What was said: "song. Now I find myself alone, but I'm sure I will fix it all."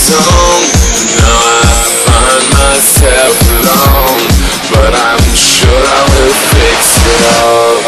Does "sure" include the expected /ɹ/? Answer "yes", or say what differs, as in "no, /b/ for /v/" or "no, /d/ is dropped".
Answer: yes